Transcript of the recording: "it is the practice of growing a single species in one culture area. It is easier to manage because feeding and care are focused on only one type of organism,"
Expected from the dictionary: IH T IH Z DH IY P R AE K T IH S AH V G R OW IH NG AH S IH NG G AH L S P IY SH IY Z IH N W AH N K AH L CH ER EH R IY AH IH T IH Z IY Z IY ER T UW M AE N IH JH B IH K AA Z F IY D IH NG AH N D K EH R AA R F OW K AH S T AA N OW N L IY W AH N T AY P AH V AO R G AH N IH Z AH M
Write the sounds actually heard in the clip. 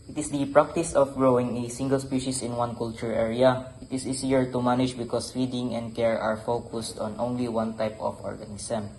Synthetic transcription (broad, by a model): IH T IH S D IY P R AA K T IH S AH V G R OW IH NG AH S IH NG G AH L S P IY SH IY S IH N W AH N K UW L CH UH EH R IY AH IH T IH S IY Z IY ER T UW M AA N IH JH B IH K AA S F IY D IH NG AH N D K EH R AA R F OW K AH S T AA N OW N L IY W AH N T AY P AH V AO R G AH N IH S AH M